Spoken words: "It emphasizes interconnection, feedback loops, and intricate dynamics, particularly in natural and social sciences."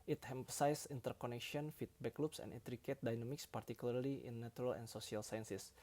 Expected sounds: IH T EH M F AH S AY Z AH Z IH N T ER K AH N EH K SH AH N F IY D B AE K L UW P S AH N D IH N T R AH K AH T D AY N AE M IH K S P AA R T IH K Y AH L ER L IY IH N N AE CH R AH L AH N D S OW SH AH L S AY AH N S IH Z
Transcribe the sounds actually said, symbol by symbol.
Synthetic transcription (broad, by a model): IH T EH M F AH S AY S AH N T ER K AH N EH K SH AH N F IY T B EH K L UW P S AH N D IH T R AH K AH T D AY N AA M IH K S P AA R T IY K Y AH L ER L IY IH N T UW R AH L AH N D S OW S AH L S AY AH N S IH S